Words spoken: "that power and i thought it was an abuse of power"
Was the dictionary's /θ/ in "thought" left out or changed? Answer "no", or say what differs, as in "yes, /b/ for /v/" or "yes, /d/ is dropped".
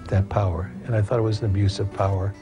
no